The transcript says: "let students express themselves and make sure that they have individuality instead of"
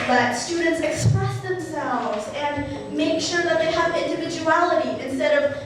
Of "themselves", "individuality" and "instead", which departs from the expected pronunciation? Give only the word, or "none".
none